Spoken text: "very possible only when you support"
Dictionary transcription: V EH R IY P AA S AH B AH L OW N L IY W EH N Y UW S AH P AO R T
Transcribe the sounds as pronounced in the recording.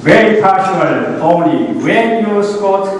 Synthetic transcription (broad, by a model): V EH R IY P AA SH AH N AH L OW N L IY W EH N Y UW S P AO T